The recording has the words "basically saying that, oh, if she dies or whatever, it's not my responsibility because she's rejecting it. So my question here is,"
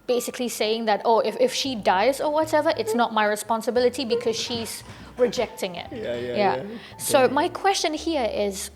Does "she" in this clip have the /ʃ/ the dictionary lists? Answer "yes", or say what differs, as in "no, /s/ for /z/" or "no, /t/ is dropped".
yes